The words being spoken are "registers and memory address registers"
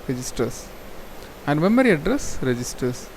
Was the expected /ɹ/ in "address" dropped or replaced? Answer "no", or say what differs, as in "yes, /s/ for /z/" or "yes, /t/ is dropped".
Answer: no